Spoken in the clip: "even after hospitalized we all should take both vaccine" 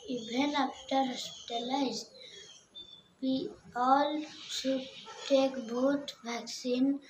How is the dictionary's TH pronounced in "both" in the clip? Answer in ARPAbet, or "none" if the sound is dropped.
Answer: T